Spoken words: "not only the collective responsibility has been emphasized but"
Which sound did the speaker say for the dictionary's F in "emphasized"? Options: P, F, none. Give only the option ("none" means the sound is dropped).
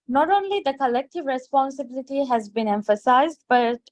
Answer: F